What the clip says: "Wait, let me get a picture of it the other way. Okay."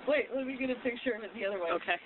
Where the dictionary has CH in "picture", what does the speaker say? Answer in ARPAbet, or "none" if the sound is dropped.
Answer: SH